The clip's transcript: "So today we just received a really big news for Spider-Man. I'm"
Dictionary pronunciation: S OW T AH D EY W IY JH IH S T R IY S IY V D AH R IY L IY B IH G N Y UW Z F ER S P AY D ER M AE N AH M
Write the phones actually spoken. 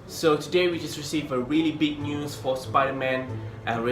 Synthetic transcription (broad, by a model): S OW T AH D EY W IY JH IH S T R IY S IY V AH R IY L IY B IH G N Y UW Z F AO S P AY D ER M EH N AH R